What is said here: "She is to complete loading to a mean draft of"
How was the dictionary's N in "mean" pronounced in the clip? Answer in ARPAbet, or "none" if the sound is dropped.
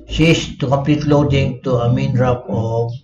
N